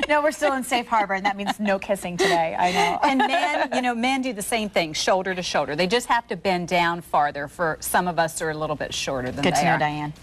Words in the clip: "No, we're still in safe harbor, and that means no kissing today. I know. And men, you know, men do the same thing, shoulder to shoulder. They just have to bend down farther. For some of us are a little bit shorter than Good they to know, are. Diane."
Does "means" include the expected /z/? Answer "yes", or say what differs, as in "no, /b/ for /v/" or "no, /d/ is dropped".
yes